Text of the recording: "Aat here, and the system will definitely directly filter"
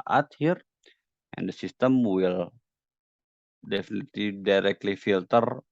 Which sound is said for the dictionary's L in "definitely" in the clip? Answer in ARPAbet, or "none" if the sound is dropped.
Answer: none